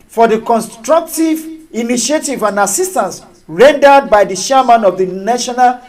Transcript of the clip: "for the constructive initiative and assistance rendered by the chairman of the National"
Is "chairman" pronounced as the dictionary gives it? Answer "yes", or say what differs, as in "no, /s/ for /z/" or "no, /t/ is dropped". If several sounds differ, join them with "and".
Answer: no, /ʃ/ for /tʃ/